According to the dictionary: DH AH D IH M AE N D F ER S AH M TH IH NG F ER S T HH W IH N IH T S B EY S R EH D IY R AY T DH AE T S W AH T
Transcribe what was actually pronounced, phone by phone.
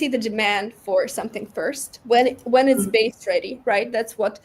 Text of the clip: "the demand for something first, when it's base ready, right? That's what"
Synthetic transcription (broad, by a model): DH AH D IH M AE N D F ER S AH M TH IH NG F ER S T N W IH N IH T S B EY S R EH D IY R AY T DH AE T S W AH T